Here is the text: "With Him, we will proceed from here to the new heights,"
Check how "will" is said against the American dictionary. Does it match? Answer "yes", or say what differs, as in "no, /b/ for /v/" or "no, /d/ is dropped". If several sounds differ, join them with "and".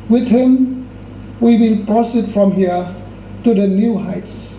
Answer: no, /n/ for /l/